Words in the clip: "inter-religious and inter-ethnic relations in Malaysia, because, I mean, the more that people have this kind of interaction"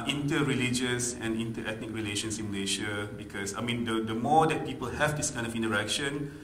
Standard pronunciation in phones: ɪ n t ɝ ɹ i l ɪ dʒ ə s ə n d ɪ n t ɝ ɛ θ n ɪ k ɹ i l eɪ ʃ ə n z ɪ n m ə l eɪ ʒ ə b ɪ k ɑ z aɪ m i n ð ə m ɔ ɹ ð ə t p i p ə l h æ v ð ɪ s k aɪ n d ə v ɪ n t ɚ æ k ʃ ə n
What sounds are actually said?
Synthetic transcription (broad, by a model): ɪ n t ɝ ɹ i l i dʒ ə s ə n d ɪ n t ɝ ɛ t n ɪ k ɹ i l eɪ ʃ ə n s ɪ n m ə l eɪ ʃ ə b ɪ k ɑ s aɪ m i n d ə m ɔ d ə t p i p ə l h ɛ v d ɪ s k aɪ n d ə f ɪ n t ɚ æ k ʃ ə n